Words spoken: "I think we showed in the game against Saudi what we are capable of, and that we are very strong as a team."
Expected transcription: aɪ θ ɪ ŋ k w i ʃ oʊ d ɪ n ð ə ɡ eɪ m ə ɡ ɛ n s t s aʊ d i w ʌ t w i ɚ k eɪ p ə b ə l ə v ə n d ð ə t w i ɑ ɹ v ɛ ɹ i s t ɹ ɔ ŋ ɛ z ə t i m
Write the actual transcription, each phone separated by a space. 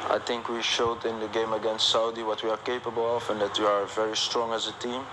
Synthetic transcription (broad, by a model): aɪ θ ɪ ŋ k w i ʃ oʊ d ɪ n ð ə ɡ eɪ m ə ɡ ɛ n s t s aʊ d i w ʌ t w i ɚ k eɪ p ə b ə l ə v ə n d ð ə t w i ɑ ɹ v ɛ ɹ i s t ɹ ɔ ŋ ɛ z ə t i m